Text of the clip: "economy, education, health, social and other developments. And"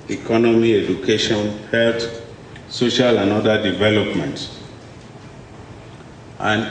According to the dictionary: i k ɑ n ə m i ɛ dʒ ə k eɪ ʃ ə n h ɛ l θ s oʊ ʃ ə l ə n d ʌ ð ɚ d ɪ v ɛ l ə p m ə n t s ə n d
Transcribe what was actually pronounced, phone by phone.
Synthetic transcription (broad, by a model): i k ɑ n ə m i ɛ dʒ ə k eɪ ʃ ə n h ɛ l t s oʊ ʃ ə l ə n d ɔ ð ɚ d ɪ v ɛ l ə p m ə n t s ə n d